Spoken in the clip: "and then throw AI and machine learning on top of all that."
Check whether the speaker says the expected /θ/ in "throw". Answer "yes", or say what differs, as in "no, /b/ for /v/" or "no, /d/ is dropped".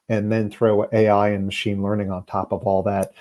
yes